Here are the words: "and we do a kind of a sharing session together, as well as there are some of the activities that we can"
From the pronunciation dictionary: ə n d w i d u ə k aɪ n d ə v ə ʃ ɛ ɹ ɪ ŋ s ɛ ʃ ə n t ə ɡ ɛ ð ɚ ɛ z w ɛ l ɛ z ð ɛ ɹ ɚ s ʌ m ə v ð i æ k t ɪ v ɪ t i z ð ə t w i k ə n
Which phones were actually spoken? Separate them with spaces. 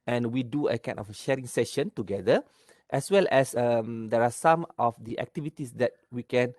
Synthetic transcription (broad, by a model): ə n w i d u ə k aɪ n ə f ʃ ɛ ɹ ɪ ŋ s ɛ ʃ ə n t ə ɡ ɛ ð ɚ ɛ s w ɛ l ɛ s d ɛ ɹ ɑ s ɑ m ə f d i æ k t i v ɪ t i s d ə t w i k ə n